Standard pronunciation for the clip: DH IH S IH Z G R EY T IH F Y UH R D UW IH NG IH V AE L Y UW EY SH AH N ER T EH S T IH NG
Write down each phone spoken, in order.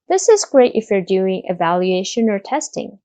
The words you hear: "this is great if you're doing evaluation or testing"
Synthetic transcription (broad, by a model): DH IH S IH Z G R EY T IH F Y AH R D UW IH NG IH V AE L Y UW EY SH AH N ER T EH S T IH NG